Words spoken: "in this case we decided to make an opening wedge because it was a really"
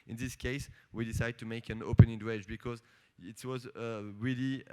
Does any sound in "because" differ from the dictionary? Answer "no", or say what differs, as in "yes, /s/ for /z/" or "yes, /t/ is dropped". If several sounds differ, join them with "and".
no